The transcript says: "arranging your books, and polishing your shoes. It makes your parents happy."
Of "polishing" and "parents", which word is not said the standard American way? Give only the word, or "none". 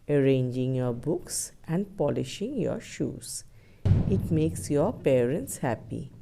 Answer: none